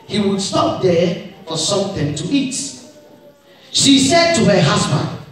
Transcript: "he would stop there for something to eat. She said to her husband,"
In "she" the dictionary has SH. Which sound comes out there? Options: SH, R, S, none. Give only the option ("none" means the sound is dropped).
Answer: SH